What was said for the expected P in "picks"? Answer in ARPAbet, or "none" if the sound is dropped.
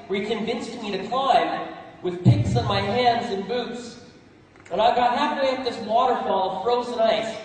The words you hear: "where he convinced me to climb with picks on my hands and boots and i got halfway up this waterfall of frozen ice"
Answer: P